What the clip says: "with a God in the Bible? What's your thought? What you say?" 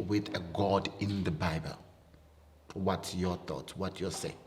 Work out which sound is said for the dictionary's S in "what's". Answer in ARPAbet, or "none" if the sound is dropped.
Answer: none